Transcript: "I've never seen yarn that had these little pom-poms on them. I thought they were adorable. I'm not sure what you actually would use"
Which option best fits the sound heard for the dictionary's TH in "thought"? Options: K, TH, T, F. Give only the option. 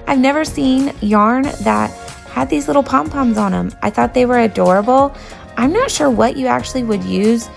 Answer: TH